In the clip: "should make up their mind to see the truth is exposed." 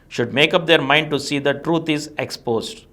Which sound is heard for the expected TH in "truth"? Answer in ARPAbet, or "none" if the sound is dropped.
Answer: T